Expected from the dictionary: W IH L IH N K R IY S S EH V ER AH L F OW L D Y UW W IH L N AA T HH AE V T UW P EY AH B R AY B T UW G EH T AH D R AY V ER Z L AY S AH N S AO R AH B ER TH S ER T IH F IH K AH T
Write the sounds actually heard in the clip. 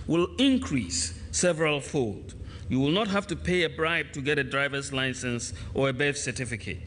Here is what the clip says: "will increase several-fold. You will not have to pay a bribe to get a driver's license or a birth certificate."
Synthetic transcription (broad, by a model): W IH L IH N K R IY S S EH V ER AH L F OW L D Y UW W IH L N AA T HH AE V T UW P EY AH B R AY B T UW G EH T AH D R AY V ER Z L AY S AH N S AO R AH B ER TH S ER T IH F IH K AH T